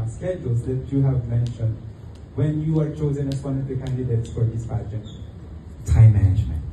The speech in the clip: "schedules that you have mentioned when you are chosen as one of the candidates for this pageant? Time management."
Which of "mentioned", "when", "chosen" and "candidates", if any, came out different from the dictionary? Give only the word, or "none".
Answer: none